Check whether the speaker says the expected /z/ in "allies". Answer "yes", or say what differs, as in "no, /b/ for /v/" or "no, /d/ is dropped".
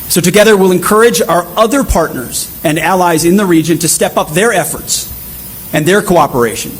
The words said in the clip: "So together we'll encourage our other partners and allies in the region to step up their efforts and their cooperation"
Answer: yes